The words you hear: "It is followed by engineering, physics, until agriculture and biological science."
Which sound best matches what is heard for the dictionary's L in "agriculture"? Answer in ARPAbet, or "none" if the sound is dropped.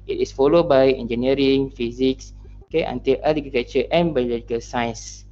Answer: none